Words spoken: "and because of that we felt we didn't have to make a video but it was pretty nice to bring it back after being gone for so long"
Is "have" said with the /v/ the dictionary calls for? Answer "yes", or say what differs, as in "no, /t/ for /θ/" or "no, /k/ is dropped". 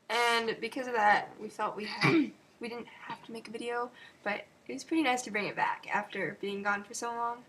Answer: no, /f/ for /v/